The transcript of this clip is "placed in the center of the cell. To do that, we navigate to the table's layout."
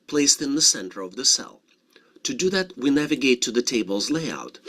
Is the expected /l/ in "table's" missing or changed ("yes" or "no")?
no